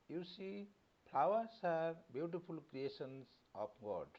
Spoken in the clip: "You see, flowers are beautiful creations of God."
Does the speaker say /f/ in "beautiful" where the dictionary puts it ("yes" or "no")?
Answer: no